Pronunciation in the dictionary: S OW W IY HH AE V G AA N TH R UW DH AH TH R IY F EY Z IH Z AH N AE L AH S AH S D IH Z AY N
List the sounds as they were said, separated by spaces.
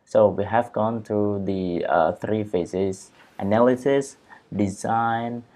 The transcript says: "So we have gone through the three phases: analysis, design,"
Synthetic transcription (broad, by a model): S OW W IY HH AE V G AA N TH R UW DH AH TH R IY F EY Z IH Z AH N AE L AH S AH S D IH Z AY N